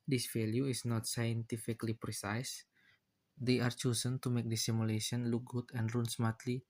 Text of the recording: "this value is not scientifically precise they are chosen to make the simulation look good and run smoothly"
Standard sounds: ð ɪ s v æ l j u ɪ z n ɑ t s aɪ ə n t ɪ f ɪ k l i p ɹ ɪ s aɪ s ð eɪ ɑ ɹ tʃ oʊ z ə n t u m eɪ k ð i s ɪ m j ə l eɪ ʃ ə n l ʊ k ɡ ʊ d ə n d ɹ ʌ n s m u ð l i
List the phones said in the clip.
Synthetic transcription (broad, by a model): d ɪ s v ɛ l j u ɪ s n ɑ t s aɪ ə n t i f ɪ k l i p ɹ ɪ s aɪ s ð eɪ ɑ ɹ tʃ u s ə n t u m eɪ k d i s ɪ m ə l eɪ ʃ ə n l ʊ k ɡ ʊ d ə n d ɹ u n s m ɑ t l i